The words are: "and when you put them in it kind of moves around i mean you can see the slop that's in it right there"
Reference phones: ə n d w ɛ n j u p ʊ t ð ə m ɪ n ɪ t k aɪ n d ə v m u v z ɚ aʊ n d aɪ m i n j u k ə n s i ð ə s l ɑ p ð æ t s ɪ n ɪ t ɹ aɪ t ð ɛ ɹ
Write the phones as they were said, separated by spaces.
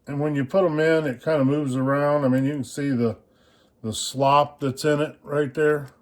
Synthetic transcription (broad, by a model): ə n w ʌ n j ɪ p ʊ t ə m ɪ n ɪ t k aɪ n d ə m u v z ɚ aʊ n d aɪ m i n j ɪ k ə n s i ð ə s l ɑ p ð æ t s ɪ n ɪ t ɹ aɪ t ð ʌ ɹ